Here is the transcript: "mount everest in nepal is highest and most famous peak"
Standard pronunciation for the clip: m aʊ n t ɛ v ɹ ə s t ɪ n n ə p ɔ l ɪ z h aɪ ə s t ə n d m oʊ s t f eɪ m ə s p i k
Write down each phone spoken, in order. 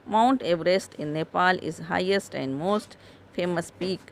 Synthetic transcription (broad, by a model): m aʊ n t ɛ v ɹ ə s t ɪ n n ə p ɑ l ɪ z h aɪ ə s t ə n d m oʊ s t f eɪ m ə s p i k